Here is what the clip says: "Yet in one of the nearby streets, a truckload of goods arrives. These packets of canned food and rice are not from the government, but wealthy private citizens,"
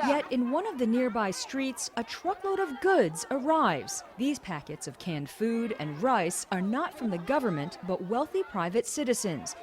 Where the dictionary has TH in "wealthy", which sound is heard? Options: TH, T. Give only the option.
TH